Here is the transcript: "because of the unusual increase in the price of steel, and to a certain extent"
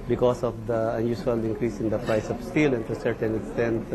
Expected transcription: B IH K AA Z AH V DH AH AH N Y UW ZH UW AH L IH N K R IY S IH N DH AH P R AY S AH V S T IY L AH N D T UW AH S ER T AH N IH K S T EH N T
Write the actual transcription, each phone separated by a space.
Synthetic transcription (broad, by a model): B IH K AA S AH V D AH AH N Y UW S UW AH L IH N K R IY S IH N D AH P R AY S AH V S T IY L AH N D T UW S ER T AH N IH K S T EH N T